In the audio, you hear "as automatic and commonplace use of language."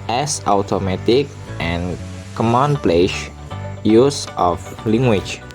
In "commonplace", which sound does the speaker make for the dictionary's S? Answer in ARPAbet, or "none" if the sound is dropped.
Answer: SH